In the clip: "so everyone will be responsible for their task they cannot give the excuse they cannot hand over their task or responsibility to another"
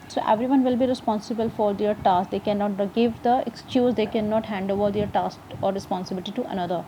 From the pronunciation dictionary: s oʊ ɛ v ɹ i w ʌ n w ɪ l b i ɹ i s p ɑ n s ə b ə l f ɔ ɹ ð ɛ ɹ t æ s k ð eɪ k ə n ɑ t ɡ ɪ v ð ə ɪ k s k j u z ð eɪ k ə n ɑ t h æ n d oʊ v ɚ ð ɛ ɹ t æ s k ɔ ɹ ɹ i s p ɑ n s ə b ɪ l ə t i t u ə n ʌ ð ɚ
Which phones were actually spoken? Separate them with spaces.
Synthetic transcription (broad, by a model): s oʊ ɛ v ɹ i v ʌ n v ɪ l b i ɹ i s p ɑ n s ə b ə l f ɔ ɹ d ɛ ɹ t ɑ s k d eɪ k ə n ɑ t ɡ ɪ v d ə ɪ k s k j u z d eɪ k ə n ɑ t h æ n d oʊ v ɚ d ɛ ɹ t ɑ s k ɔ ɹ ɹ i s p ɑ n s ə b ɪ l ə t i t u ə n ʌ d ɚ